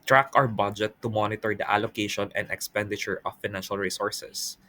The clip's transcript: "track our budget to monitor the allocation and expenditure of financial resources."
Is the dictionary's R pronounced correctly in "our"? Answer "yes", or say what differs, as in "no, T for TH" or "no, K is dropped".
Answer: no, W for R